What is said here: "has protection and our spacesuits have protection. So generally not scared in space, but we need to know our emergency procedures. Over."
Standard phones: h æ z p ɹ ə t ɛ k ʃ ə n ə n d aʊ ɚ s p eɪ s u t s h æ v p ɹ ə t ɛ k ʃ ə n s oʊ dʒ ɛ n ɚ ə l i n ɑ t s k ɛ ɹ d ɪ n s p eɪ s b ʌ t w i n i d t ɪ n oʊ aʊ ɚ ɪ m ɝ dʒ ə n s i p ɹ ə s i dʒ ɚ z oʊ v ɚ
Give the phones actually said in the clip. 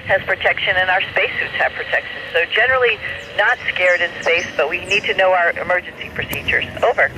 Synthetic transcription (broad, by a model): h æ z p ɹ ə t ɛ k ʃ ə n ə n aʊ ɚ s p eɪ s u t s h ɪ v p ɹ ə t ɛ k ʃ ə n s oʊ dʒ ɛ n ɚ l i n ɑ t s k ɛ ɹ d ɪ n s p eɪ s b ʌ t w i n i d t ɪ n oʊ aʊ ɚ ɪ m ɝ dʒ ə n s i p ɹ ə s i dʒ ɚ z oʊ v ɚ